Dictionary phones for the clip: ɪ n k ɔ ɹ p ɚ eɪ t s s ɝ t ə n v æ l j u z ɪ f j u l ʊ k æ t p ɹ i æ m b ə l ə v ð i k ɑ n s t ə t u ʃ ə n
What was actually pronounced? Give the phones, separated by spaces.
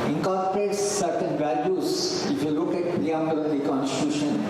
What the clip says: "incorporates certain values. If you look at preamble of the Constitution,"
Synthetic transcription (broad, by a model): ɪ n k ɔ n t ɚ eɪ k s s ɝ t ə n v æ l j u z ɪ f j u l ʊ k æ t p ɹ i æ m ə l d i k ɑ n s t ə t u ʃ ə n